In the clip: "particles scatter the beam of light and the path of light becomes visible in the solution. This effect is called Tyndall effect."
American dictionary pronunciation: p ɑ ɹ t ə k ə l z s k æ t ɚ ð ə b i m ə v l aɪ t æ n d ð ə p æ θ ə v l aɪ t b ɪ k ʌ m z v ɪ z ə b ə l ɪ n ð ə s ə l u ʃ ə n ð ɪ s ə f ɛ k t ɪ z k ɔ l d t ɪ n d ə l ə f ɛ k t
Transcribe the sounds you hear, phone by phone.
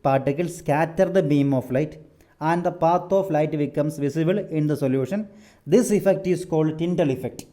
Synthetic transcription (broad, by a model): p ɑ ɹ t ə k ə l s k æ t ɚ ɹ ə b i m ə f l aɪ t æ n d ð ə p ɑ t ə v l aɪ t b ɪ k ʌ m s v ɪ s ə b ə l ɪ n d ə s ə l u ʃ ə n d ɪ s ə f ɛ k t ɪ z k ɔ l d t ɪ n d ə l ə f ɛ k t